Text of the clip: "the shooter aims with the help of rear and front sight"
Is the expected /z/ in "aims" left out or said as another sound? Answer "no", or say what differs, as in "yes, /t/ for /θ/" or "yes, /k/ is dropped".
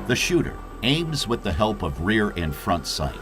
no